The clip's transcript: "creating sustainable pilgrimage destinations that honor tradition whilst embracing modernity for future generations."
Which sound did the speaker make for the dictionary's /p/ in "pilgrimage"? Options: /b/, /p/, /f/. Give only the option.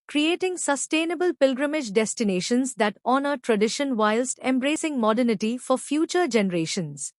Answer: /p/